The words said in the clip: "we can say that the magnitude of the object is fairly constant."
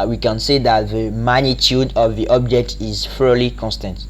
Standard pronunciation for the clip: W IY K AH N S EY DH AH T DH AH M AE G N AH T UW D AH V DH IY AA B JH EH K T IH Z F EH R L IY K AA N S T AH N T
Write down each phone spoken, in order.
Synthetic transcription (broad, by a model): W IY K AH N S EY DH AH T DH AH M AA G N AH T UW D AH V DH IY AA B JH EH K T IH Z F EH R L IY K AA N S T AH N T